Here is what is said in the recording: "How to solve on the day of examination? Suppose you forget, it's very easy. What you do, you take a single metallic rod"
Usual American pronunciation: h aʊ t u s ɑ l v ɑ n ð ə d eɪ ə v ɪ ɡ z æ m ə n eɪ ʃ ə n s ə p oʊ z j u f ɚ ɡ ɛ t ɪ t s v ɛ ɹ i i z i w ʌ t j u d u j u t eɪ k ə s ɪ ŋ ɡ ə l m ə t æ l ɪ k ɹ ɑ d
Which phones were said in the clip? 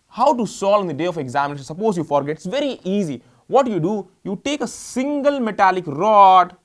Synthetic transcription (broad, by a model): h aʊ t u s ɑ l ɑ n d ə d eɪ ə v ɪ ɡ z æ m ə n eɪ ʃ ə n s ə p oʊ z j u f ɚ ɡ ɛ t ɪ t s v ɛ ɹ i i z i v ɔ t j u d u j u t eɪ k ə s ɪ ŋ ɡ ə l m ə t æ l ɪ k ɹ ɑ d